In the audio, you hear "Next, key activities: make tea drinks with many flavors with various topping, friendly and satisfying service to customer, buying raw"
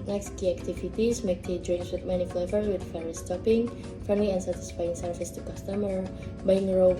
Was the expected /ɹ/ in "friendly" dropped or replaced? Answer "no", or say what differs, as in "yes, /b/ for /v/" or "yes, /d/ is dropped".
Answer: yes, /ɹ/ is dropped